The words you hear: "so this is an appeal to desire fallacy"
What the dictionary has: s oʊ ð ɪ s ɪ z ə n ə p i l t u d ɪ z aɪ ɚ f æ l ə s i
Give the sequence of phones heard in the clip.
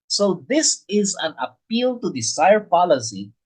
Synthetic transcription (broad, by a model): s oʊ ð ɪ s ɪ z ə n ə p i l t u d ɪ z aɪ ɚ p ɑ l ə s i